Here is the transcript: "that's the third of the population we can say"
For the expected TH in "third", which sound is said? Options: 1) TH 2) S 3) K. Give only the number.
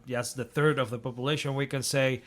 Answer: 1